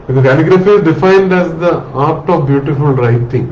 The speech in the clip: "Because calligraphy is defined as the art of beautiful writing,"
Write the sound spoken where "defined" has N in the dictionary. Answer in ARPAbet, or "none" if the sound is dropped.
N